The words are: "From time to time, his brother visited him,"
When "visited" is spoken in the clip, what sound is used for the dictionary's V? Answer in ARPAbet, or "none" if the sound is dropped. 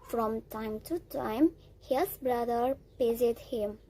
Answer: P